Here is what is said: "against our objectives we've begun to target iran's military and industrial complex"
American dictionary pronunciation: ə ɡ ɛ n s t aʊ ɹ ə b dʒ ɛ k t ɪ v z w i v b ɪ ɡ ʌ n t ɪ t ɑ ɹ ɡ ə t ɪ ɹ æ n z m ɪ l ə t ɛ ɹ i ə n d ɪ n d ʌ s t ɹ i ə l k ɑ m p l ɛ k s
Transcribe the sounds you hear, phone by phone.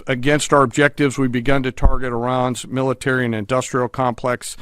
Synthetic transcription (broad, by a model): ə ɡ ɛ n s t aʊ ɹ ə b dʒ ɛ k t ɪ v z w i b ɪ ɡ ʌ n t ɪ t ɑ ɹ ɡ ə t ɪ ɹ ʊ n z m ɪ l ə t ɛ ɹ i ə n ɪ n d ʌ s t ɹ i l k ɑ m p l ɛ k s